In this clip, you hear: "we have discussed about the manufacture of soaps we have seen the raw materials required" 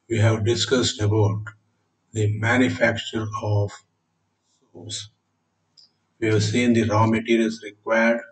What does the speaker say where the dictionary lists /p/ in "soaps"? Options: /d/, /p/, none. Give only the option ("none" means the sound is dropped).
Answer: none